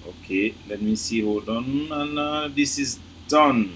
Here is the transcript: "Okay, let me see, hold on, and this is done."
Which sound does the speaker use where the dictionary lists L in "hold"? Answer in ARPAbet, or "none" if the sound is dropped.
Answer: none